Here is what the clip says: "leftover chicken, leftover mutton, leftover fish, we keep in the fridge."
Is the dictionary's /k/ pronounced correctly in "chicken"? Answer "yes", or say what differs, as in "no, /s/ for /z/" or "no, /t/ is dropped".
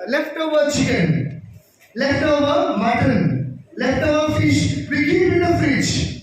no, /k/ is dropped